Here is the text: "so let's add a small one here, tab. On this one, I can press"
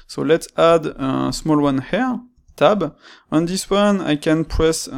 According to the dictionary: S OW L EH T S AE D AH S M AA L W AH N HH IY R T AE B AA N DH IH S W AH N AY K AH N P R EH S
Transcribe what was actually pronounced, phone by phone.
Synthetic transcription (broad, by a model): S OW L EH T S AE D AH S M AA L W AH N HH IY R T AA B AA N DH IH S W AH N AY K AH N P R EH S